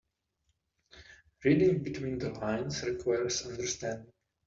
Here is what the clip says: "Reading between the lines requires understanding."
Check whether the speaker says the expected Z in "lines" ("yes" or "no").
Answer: no